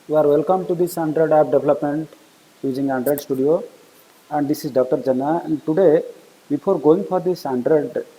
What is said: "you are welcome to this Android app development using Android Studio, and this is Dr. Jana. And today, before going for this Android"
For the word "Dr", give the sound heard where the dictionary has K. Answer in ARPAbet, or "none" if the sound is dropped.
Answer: K